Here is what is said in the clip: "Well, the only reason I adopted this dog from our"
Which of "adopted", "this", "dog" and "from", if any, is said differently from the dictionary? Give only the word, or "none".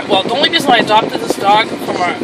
none